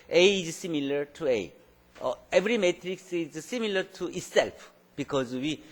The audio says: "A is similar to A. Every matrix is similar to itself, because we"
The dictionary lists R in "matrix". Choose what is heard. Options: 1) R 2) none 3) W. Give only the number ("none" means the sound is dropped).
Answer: 1